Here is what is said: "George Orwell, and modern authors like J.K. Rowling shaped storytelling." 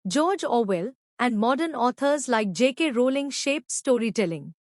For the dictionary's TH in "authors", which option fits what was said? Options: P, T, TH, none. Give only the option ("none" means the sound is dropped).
T